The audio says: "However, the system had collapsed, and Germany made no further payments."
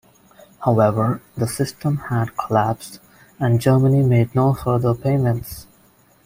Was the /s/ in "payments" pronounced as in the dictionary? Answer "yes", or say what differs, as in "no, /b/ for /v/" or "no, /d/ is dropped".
yes